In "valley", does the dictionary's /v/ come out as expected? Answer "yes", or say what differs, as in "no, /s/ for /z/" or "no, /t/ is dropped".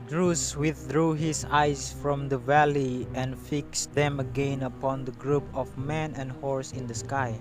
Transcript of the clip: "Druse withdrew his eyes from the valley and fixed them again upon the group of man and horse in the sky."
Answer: yes